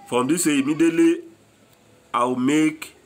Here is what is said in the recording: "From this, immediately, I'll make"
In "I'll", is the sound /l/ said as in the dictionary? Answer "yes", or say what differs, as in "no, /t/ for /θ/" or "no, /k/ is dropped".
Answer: no, /w/ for /l/